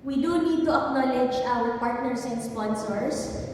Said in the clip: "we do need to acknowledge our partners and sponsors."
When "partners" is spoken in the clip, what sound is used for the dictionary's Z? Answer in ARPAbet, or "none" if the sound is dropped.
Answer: S